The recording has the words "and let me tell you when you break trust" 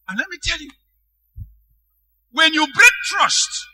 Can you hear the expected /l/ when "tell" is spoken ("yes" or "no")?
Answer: yes